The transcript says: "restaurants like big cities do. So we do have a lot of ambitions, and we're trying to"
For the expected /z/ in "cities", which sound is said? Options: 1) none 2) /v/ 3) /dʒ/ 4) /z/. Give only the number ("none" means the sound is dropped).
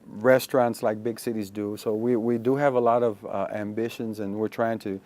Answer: 4